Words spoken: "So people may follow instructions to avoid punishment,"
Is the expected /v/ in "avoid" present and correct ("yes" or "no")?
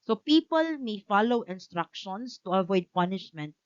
yes